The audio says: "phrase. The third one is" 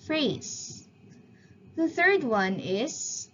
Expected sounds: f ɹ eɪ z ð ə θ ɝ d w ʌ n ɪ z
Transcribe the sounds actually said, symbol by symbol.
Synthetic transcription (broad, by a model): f ɹ eɪ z ð ə θ ɝ d w ʌ n ɪ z